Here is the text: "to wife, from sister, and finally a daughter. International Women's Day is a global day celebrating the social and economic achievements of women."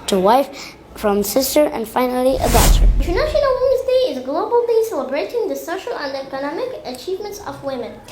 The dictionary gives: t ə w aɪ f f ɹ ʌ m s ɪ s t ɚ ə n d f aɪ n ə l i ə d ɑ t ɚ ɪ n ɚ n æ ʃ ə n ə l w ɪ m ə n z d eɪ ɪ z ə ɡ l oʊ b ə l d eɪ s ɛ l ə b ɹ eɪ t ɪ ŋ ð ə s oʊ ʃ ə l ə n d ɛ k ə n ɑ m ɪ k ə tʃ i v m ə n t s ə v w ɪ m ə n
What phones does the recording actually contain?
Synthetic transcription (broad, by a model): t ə w aɪ f f ɹ ʌ m s ɪ s t ɚ ə n d f aɪ n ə l i ə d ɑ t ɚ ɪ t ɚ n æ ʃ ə n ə l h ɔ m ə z d eɪ ɪ z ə ɡ l oʊ b ə l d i s ɛ l ə b ɹ eɪ t ɪ ŋ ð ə s oʊ ʃ ə l ə n d ɛ k ə n ɑ m ɪ k ə tʃ i v m ə n t s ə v w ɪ m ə n